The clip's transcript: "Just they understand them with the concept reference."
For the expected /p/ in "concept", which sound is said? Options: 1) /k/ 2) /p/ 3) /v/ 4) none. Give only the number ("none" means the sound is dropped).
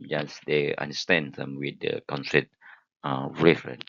4